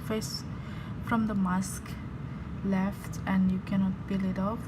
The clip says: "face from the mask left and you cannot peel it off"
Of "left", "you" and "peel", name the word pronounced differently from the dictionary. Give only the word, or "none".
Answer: peel